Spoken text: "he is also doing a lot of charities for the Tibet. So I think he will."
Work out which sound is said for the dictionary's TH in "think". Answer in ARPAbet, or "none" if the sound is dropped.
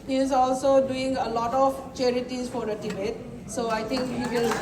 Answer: T